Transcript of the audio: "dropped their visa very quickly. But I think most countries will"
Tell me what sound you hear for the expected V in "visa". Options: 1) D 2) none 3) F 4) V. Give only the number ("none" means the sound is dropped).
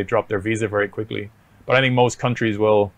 4